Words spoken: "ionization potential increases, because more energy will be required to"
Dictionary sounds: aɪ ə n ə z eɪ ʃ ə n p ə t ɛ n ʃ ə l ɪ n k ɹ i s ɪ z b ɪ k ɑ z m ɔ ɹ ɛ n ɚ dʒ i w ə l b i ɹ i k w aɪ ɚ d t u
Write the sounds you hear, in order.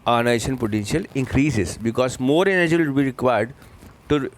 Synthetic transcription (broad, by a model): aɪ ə n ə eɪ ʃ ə n p ə t ɛ n ʃ ə l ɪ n k ɹ i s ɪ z b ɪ k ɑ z m ɔ ɹ ɛ n ɚ dʒ i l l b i ɹ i k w aɪ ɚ d t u